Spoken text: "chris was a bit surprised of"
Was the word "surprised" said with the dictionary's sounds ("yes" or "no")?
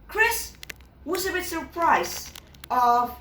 no